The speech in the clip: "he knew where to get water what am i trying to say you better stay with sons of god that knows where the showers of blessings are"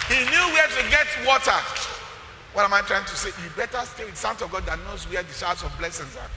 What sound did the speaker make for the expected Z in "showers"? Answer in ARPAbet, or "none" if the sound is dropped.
S